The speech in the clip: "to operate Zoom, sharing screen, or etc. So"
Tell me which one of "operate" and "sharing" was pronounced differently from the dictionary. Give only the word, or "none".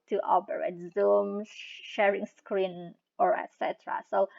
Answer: operate